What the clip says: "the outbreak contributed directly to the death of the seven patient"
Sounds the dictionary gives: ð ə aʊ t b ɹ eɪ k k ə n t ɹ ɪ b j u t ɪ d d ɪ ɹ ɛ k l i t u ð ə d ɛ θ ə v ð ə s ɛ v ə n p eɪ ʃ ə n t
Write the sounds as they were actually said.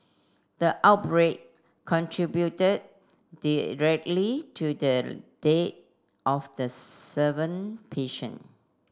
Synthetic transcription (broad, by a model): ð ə aʊ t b ɹ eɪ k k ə n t ɹ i b j u t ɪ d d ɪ ɹ ɛ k l i t u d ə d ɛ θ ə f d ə s ɛ v ə n p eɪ ʃ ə n